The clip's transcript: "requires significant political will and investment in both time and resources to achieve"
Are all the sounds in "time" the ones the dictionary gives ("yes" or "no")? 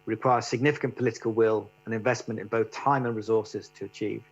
yes